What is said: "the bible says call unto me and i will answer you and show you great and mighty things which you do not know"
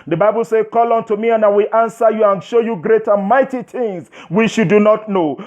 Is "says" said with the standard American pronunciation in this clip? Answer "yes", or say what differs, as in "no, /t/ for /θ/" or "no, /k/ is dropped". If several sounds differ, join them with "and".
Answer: no, /z/ is dropped